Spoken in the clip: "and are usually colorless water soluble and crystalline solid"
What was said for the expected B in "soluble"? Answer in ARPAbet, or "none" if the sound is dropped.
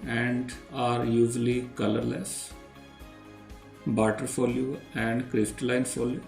none